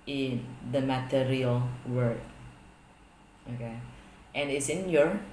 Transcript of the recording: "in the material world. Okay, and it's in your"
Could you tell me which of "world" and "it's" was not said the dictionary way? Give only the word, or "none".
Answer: world